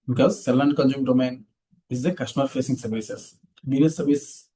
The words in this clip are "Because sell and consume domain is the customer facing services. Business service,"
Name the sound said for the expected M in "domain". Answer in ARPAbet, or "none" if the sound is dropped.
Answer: M